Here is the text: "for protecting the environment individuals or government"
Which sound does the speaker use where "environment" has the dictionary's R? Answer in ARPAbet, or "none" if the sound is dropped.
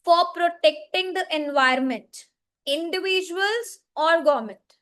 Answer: none